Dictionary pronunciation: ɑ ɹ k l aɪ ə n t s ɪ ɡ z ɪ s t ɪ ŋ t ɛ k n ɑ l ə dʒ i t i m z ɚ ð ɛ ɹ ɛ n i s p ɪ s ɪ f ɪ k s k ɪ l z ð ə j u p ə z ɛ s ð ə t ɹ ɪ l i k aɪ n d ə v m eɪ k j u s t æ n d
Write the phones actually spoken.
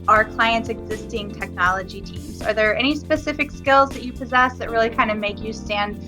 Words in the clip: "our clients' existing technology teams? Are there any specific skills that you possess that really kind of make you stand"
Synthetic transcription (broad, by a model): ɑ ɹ k l aɪ ə n t s ɪ ɡ z ɪ s t ɪ ŋ t ɛ k n ɑ l ə dʒ i t i m z ɚ ð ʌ ɹ ɛ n i s p ɪ s ɪ f ɪ k s k ɪ l z ð ə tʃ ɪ p ə z ɛ s ð ə t ɹ ɪ l i k aɪ n d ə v m eɪ k j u s t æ n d